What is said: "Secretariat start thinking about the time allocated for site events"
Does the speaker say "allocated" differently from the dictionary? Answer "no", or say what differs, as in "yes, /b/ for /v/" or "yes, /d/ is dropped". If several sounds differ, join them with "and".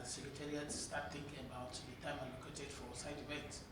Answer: yes, /n/ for /l/